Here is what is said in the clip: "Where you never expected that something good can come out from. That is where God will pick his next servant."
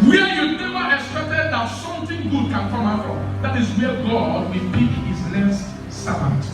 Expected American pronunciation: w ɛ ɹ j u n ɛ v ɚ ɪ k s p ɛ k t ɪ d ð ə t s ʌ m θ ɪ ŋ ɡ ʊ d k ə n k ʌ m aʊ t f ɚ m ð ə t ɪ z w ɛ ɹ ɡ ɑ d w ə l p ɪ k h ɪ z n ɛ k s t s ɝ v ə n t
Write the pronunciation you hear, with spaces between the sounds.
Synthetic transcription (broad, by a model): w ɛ j u n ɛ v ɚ ɪ k s p ɛ k t ɪ d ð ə t s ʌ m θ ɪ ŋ ɡ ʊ d k ə n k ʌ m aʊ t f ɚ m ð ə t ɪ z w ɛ ɡ ɑ d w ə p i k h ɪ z l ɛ s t s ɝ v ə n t